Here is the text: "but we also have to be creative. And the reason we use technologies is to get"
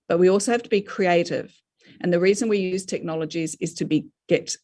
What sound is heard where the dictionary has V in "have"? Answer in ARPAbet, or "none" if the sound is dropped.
F